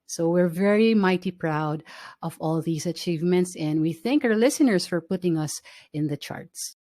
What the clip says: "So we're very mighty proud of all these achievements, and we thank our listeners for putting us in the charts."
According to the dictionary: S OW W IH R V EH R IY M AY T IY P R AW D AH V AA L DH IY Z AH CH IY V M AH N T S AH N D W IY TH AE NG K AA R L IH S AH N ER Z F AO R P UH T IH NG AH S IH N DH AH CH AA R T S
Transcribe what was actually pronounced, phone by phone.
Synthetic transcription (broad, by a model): S OW W IH R V EH R IY M AY T IY P R AW D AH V AA L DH IY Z AH CH IY V M AH N T S AH N D W IY TH AE NG K AA R L IH S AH N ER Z F AO R P UH T IH NG AH S IH N DH AH CH AA R T S